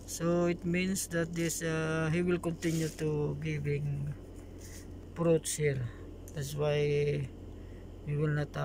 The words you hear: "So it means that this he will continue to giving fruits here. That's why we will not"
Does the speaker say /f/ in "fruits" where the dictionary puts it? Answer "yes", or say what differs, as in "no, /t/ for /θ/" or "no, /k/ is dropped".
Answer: no, /p/ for /f/